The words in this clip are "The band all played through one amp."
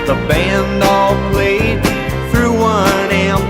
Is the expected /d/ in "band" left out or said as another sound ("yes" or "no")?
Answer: no